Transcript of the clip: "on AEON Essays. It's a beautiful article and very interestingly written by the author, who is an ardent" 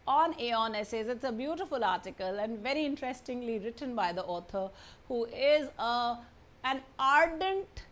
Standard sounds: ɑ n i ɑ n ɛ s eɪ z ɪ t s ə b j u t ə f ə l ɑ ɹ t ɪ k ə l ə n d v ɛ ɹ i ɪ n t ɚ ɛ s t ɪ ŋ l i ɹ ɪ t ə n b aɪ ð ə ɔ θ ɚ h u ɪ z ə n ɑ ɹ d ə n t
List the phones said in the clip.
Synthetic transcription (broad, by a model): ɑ n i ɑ n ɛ s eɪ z ɪ t s ə b j u t ə f ə l ɑ ɹ t ɪ k ə l ə n d v ɛ ɹ i ɪ n t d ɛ s t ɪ ŋ l i ɹ ɪ t ə n b aɪ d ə ɔ t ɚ h u ɪ z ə n ɑ ɹ d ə n t